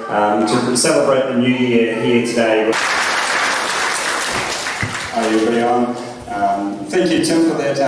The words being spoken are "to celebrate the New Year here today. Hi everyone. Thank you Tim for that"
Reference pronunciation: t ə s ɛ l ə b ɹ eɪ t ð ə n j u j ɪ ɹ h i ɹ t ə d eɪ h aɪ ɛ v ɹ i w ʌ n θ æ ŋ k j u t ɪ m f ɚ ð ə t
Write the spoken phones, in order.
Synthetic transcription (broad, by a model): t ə s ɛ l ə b ɹ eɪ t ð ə n j u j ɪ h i t ə d eɪ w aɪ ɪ b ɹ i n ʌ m θ æ ŋ k j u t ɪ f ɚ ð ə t